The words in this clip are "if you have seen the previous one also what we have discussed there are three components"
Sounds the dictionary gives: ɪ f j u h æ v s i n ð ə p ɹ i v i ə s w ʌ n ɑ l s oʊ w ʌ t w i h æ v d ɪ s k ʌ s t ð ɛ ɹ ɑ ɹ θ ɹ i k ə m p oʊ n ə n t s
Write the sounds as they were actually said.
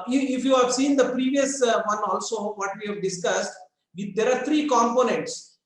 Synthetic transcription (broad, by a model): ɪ f j u h æ v s i n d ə p ɹ i v i ə s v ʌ n ɑ l s oʊ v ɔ t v i h æ v d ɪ s k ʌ s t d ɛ ɹ ɑ ɹ t ɹ i k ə m p oʊ n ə n t s